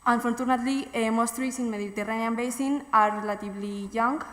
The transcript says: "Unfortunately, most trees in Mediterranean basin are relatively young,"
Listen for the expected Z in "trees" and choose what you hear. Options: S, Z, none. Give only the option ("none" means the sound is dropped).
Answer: S